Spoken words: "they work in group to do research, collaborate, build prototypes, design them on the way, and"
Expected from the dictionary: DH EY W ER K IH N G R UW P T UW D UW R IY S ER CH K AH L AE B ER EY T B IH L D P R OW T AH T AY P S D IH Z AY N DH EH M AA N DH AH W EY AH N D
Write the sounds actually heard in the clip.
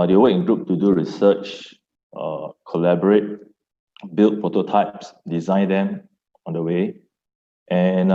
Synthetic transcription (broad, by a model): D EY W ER IH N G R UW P T UW D UW R IY S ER CH K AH L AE B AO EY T B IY L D P R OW T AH T AY P S D IH Z AY N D EH M AA N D AH W EY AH N